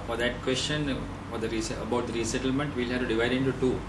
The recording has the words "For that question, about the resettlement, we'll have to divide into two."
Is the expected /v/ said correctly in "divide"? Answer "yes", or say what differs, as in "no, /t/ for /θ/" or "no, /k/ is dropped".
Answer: yes